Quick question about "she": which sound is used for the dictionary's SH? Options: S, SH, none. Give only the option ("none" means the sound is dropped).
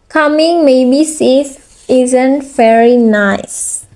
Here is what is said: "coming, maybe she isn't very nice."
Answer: S